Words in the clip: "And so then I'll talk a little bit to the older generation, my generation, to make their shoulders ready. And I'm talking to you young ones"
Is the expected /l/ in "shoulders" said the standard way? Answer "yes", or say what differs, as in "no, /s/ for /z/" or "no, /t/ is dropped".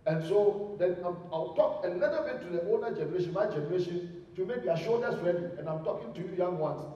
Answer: no, /l/ is dropped